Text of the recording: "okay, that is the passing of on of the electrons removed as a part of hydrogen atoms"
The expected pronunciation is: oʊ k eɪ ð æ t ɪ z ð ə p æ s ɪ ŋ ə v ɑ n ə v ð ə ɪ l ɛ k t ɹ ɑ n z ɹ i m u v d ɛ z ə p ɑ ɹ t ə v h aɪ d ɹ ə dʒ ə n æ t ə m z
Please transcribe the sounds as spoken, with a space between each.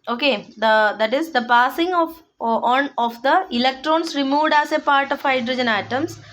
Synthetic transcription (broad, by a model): oʊ k eɪ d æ t ɪ z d ə p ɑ s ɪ ŋ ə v ɑ n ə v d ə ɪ l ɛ k t ɹ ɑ n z ɹ i m u v d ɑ s ə p ɑ ɹ t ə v h aɪ d ɹ ə dʒ ə n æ t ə m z